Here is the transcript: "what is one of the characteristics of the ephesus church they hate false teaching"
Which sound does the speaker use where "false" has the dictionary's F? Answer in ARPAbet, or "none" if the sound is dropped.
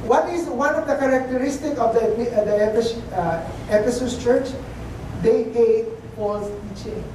P